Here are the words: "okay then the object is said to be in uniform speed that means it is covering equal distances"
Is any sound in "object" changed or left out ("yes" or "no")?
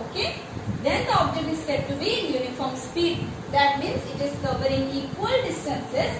no